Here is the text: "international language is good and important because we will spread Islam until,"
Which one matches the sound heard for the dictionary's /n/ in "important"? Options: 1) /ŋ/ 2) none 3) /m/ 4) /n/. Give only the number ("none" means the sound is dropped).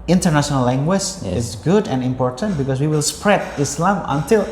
4